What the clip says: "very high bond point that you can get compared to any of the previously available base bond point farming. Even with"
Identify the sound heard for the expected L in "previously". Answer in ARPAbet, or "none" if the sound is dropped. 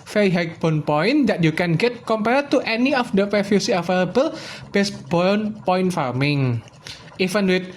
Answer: none